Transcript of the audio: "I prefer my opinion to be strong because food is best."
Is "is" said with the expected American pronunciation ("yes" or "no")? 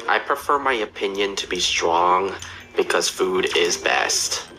yes